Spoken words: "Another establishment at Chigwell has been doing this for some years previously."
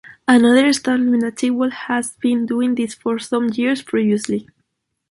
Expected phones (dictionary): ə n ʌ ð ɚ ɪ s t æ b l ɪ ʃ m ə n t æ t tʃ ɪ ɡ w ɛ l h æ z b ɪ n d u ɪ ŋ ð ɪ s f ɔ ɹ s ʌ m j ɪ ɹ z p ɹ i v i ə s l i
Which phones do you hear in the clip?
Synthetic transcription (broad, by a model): ə n ʌ ð ɚ s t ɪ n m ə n ɑ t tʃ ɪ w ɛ l h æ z b ɪ n d u ɪ ŋ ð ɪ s f ɔ ɹ s ʌ m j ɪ ɹ s p ɹ i v i ə s l i